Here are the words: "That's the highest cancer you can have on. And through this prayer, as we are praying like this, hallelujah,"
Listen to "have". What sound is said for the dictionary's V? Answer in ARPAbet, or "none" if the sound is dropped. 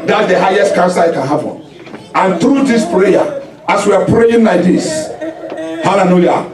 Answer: P